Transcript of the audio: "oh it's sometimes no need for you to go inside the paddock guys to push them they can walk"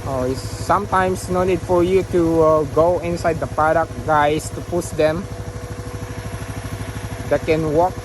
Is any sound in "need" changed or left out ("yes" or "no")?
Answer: yes